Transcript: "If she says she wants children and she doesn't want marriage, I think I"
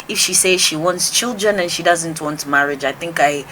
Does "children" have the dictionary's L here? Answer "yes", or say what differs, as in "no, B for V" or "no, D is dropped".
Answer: yes